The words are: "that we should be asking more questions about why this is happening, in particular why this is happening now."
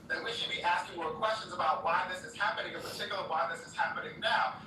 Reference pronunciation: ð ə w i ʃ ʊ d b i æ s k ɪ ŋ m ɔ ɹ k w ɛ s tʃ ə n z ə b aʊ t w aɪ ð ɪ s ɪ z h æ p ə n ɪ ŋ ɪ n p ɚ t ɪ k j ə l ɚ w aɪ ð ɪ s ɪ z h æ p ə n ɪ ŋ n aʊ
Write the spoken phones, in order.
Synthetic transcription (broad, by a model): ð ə w i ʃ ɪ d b i æ s k ɪ ŋ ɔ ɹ k w ɛ s tʃ ə n z ə b aʊ t w aɪ ð ɪ s ɪ z h æ p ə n ɪ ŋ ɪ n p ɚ t ɪ k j l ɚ w aɪ ð ɪ s ɪ z h æ p ə n ɪ ŋ n aʊ